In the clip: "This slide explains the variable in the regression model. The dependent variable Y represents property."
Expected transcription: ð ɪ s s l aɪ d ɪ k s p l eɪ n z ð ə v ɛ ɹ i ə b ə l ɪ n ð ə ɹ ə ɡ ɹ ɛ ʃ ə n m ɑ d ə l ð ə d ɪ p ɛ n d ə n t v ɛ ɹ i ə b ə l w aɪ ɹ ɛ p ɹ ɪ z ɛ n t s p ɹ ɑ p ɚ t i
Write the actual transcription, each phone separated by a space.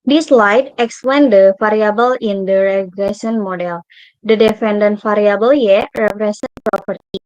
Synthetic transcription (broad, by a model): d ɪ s s l aɪ d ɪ k s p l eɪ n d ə f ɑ ɹ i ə b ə l ɪ n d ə ɹ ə ɡ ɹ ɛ s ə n m ɑ d ə l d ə d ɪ f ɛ n d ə n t f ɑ ɹ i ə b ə l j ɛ ɹ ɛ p ɹ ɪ s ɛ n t p ɹ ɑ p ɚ t i